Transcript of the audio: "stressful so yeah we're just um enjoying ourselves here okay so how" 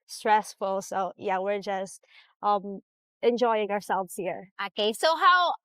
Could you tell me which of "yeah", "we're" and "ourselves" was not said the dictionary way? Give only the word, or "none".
none